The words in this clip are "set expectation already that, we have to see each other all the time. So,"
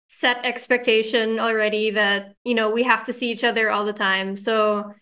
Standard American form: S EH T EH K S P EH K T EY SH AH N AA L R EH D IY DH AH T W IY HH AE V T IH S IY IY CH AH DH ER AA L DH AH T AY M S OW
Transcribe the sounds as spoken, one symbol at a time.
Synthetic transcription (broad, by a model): S EH T EH K S P EH K T EY SH AH N L R EH D IY DH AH T W IY HH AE F T IH S IY IY CH AH DH ER AA L DH AH T AY M S OW